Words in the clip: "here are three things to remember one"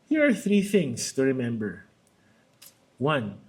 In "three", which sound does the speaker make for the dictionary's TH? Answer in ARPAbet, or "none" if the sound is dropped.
TH